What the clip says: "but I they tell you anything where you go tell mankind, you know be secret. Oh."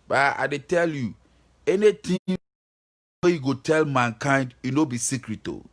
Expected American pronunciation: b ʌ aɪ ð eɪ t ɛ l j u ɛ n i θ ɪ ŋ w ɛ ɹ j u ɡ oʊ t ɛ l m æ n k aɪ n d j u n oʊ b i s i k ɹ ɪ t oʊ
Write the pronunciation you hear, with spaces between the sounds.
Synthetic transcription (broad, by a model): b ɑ aɪ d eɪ t ɛ l j u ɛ n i t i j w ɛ j u ɡ oʊ t ɛ l m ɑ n k aɪ n d j u n oʊ b i s i k ɹ ɪ t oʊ